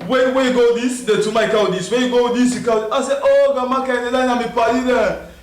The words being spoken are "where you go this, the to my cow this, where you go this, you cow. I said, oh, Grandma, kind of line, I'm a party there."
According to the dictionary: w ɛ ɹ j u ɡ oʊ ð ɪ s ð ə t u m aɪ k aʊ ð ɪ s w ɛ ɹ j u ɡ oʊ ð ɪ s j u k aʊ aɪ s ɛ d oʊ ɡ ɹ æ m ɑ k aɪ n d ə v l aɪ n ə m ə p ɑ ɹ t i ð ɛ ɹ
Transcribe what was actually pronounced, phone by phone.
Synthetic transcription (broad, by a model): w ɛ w j u ɡ oʊ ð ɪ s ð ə t u m aɪ k aʊ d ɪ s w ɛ j u ɡ oʊ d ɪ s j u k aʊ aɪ s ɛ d oʊ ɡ ɑ m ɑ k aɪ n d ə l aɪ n ə m ə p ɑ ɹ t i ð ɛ